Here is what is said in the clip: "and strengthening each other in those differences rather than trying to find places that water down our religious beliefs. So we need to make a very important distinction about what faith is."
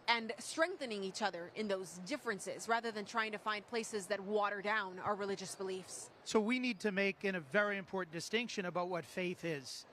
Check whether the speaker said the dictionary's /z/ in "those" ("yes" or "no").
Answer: yes